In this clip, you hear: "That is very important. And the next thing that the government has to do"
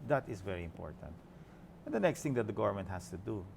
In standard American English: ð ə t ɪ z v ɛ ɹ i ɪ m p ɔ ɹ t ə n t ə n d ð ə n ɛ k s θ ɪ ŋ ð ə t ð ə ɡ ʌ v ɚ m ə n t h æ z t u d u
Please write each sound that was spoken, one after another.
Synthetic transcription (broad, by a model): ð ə t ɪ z v ɛ ɹ i ɪ m p ɔ ɹ t ə n t ə n d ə n ɛ k s t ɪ ŋ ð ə t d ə ɡ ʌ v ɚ m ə n t h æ s t u d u